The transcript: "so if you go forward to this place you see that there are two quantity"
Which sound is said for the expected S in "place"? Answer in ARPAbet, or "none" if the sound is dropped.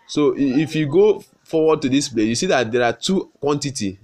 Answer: none